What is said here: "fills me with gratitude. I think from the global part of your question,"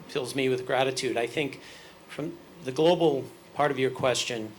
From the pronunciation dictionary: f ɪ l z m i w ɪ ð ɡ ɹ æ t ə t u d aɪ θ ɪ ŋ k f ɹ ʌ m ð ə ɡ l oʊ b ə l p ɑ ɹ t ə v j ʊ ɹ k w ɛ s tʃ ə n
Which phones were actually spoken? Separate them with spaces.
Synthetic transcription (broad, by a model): f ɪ l z m i w ɪ ð ɡ ɹ æ t ə t u d aɪ θ ɪ ŋ k f ɹ ʌ m ð ə ɡ l oʊ b l p ɑ ɹ t ə v j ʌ ɹ k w ɛ s tʃ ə n